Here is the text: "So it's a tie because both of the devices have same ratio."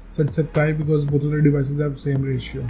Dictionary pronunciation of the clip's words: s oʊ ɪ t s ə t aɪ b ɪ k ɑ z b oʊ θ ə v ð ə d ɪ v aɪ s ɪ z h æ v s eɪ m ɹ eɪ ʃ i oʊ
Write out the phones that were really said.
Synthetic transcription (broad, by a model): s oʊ ɪ t s ə t aɪ b ɪ k ɑ z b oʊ t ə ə d ɪ v aɪ s ɪ z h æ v s eɪ m ɹ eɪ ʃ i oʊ